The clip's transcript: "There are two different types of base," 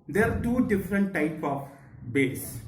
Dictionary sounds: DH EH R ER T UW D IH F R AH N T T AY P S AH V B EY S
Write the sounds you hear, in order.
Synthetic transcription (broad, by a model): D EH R T UW D IH F R AH N T T AY P AH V B EY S